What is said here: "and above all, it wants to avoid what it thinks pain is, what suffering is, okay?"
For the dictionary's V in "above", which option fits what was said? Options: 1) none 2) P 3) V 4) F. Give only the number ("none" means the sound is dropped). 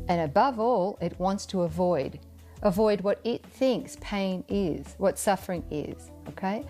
3